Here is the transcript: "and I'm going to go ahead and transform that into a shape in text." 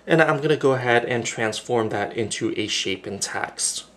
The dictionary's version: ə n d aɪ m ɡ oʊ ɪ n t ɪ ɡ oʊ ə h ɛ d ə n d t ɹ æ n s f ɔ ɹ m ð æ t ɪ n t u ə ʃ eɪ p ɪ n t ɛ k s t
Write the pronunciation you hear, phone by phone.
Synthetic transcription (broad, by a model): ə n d aɪ m ɡ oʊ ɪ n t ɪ ɡ oʊ ə h ɛ d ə n t ɹ æ n s f ɔ ɹ m ð æ t ɪ n t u ə ʃ eɪ p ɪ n t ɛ k s t